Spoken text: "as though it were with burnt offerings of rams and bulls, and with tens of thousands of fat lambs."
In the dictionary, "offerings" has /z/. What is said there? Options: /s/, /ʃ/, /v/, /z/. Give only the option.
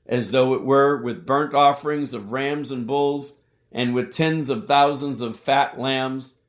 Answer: /z/